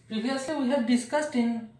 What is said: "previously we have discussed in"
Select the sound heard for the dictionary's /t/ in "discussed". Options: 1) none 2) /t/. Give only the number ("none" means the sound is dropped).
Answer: 2